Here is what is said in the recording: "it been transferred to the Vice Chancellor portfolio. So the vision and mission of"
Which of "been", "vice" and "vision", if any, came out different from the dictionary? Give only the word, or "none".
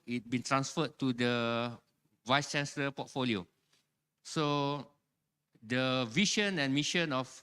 vision